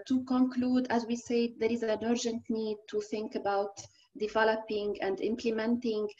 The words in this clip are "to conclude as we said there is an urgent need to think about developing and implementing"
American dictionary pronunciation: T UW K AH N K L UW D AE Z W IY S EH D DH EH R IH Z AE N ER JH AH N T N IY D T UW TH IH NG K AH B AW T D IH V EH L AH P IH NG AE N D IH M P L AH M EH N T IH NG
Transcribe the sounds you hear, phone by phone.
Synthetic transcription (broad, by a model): T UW K AH N K L UW D AE Z W IY S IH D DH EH R IH Z AE N ER JH AH N T N IY D T UW TH IH NG K AH B AW T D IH V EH L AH P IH NG AE N D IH M P L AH M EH N T IH NG